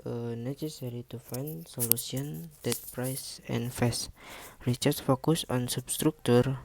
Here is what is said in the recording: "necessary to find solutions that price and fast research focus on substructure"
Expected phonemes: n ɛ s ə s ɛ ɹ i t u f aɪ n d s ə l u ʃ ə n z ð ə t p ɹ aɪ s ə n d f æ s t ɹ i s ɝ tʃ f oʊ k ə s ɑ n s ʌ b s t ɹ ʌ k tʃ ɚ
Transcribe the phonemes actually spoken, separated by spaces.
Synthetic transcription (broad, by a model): n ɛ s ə s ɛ ɹ i t u f aɪ n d s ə l u s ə n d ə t p ɹ aɪ s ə n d f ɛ s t ɹ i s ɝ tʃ f oʊ k ə s ɑ n s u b s t ɹ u k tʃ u